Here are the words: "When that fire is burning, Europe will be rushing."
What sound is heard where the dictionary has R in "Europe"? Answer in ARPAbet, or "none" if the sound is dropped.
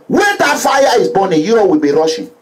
none